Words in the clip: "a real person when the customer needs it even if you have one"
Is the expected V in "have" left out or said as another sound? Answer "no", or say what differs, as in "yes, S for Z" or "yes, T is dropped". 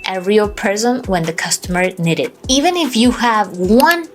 no